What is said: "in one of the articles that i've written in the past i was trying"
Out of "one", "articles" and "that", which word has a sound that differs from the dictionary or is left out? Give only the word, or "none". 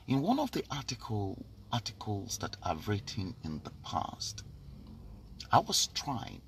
articles